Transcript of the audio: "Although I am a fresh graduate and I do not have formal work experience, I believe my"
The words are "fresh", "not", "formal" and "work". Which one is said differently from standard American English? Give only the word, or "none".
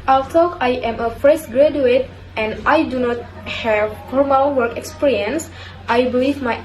fresh